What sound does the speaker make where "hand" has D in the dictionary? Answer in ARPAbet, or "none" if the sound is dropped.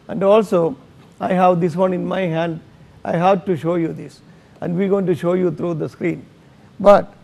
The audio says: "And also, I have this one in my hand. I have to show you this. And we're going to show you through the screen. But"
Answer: D